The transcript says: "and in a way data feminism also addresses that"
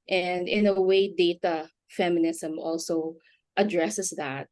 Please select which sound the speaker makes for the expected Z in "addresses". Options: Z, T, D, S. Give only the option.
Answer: S